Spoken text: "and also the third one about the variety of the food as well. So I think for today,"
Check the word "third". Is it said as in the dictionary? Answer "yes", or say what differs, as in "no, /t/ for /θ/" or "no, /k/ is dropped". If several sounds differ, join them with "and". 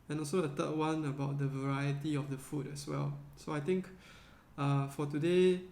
no, /t/ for /θ/